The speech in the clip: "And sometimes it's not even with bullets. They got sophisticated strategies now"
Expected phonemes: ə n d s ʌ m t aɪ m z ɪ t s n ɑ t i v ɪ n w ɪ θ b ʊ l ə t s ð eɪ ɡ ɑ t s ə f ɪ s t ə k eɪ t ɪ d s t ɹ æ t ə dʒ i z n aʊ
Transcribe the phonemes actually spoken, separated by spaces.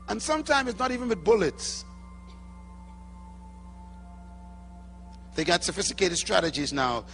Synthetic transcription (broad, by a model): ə n s ʌ m t aɪ m z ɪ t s n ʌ t i v ɪ n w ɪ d b ʊ l ə t s ð eɪ ɡ ɑ t s ə f ɪ s t ə k eɪ t ɪ d s t ɹ æ t ə dʒ i z n aʊ